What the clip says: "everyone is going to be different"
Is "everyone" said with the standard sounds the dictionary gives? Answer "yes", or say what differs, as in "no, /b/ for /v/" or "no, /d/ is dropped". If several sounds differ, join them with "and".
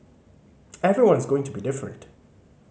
yes